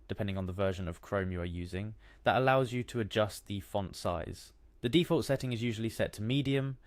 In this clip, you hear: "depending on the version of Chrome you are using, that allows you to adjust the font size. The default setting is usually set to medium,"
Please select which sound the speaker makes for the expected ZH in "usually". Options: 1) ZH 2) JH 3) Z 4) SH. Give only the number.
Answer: 1